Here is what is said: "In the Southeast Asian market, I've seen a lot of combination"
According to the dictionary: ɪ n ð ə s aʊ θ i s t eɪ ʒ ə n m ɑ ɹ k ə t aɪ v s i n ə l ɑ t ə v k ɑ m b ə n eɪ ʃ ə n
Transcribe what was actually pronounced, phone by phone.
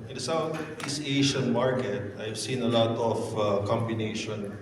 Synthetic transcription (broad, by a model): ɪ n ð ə s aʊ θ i s eɪ ʃ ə n m ɑ ɹ k ə t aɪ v s i n ə l ɑ t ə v k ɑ m b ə n eɪ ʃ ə n